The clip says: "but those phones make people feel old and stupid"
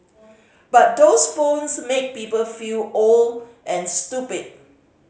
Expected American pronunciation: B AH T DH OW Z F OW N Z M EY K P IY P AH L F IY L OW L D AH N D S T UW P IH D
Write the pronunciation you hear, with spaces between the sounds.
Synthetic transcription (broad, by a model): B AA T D OW S F OW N S M EY K P IY P AH L F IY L OW L AH N S T UW P IH D